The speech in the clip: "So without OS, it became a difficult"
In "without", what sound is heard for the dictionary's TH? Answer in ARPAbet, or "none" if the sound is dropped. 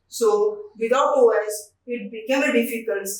T